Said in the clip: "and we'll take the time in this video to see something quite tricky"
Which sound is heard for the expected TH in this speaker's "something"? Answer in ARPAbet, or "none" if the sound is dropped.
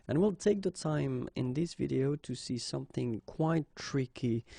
TH